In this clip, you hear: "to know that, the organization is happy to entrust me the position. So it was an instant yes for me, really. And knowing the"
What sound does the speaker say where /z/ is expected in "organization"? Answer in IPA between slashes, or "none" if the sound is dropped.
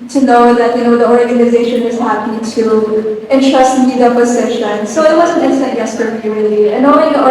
/z/